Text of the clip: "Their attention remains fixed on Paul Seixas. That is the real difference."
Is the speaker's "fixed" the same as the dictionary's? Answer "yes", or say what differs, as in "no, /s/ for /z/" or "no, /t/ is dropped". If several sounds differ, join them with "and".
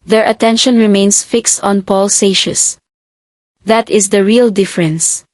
yes